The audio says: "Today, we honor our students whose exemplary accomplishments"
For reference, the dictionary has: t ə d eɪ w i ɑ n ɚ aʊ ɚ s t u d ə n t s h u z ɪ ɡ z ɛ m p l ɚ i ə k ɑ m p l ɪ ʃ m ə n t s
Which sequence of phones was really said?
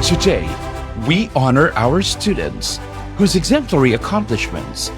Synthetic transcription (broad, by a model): t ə d eɪ w i ɑ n ɚ aʊ ɚ s t u d n t s h u z ɪ ɡ z ɛ m p l ɚ i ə k ɑ m p l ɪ ʃ m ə n t s